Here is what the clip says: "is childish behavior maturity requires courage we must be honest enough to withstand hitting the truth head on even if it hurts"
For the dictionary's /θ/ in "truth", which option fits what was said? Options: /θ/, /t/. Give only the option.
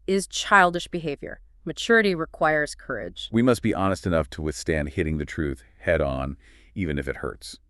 /θ/